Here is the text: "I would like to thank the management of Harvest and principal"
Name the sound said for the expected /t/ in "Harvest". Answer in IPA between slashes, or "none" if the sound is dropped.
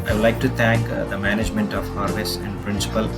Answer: none